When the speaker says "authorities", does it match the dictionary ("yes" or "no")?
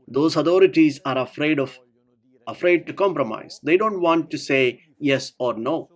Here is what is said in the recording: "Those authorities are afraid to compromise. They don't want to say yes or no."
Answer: no